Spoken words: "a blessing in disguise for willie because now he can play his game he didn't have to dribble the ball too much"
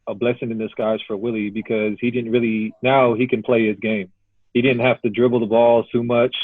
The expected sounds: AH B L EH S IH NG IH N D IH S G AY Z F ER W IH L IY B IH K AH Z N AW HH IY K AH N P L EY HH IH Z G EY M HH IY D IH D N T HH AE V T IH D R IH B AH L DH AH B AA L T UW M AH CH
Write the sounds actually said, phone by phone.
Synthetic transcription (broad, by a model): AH B L EH S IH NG IH N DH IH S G AY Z F ER W IH L IY B IH K AH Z N AW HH IY K AH N P L EY IH Z G EY M HH IY D IH D N T HH AE F T IH D R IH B L DH AH B AA L T UW M AH CH